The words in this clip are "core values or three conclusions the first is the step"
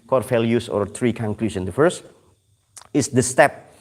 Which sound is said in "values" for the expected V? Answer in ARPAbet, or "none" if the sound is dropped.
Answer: F